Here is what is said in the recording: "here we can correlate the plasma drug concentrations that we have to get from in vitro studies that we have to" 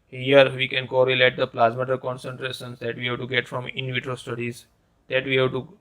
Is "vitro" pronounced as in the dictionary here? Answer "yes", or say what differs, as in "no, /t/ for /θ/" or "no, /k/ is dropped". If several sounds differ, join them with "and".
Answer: yes